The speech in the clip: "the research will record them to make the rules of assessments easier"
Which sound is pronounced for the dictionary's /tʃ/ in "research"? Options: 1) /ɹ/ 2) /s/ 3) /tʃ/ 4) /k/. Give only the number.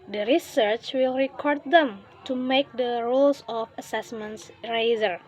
3